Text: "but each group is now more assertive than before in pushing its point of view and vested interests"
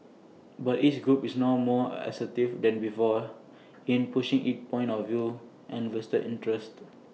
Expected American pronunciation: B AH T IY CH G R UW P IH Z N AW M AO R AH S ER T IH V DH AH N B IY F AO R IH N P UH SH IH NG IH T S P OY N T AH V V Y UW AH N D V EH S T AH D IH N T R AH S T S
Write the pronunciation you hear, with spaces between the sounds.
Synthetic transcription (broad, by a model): B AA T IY S G R UW P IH S N AW M AO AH S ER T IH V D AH N B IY F AO IH N P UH SH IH NG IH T P OY N T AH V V Y UW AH N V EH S T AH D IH N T R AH S T